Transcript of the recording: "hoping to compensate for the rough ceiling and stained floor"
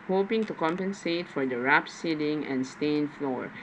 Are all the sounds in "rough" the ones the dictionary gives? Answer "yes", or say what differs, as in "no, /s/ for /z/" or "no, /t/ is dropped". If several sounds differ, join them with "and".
no, /p/ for /f/